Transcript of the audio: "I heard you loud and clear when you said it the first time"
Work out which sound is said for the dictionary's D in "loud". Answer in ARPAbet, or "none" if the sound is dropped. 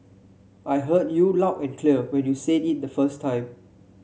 none